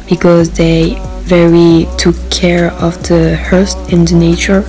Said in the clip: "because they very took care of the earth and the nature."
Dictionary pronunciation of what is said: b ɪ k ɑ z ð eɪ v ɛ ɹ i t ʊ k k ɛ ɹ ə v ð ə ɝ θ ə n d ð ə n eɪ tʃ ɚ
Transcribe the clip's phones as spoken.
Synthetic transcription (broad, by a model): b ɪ k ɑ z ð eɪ v ɛ ɹ i t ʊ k k ɛ ɹ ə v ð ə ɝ t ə n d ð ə n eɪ tʃ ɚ